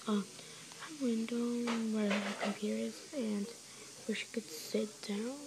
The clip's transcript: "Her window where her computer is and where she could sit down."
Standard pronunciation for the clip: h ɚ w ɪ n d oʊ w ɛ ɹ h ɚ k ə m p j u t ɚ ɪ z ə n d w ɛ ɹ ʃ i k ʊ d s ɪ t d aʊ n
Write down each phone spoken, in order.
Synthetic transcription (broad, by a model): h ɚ w ɪ n d oʊ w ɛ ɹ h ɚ k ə m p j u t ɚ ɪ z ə n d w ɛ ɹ ʃ i k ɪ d s ɪ t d aʊ n